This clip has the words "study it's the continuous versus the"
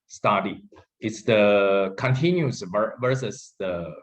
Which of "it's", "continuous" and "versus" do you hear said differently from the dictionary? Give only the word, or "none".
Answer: continuous